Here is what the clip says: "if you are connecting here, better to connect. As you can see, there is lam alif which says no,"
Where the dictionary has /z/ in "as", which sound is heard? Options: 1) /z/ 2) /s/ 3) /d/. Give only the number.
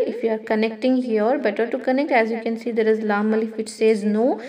1